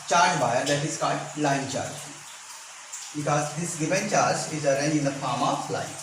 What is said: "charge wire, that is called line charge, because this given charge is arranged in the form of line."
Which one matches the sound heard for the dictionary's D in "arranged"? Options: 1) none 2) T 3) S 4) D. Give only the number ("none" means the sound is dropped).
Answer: 1